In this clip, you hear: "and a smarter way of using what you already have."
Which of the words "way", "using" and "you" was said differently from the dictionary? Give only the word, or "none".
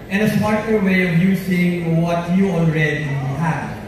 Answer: using